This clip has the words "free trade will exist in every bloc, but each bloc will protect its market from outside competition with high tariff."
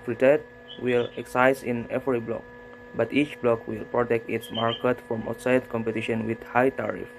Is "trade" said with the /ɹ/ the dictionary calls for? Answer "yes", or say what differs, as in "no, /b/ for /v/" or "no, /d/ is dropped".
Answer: no, /ɹ/ is dropped